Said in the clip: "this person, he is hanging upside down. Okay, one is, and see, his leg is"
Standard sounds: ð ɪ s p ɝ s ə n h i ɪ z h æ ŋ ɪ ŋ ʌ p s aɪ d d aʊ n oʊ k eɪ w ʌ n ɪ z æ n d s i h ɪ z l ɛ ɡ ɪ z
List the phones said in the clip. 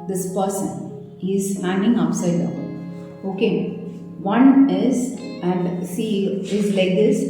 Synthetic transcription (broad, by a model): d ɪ s p ɝ s ə n h i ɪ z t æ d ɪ ŋ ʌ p s aɪ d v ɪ oʊ k eɪ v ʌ n ɪ z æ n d s i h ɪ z l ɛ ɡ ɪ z